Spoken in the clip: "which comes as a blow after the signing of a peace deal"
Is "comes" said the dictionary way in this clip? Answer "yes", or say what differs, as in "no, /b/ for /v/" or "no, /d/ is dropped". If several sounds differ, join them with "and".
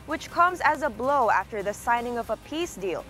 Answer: yes